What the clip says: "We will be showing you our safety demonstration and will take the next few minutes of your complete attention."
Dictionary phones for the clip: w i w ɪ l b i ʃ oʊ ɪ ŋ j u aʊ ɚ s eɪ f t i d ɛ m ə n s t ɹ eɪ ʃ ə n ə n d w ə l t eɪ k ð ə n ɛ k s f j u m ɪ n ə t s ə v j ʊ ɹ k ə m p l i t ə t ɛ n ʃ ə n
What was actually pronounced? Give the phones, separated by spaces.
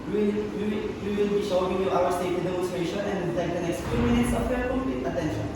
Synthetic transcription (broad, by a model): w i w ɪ l b i ʃ oʊ ɪ ŋ j u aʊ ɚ s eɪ t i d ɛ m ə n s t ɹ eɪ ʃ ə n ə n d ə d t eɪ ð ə n ɛ k s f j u m ɪ n ə t s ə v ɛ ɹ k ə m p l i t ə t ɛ n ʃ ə n